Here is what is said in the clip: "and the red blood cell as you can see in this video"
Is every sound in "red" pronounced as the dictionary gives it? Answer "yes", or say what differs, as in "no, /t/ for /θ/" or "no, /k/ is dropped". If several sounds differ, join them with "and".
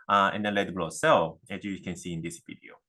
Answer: no, /l/ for /ɹ/